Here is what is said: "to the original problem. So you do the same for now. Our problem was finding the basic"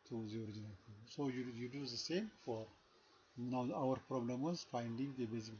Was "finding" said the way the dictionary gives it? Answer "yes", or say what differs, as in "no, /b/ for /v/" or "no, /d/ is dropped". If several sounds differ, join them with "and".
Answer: yes